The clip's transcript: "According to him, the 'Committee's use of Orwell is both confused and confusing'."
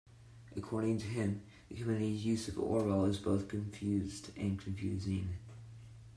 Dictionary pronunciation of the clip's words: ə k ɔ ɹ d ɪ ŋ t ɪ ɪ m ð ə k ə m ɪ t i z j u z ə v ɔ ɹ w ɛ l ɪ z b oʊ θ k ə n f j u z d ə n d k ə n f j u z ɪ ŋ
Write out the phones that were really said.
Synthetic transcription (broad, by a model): ə k ɔ ɹ d ɪ ŋ t ɪ ɪ m ð ə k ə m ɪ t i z j u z ə v ɔ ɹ l ɪ z b oʊ θ k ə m f j u z d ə n k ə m f j u z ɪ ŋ